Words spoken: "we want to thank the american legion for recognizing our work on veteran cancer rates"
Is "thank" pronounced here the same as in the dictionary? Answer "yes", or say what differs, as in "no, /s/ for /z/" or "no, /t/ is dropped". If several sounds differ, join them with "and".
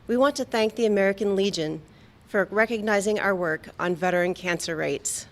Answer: yes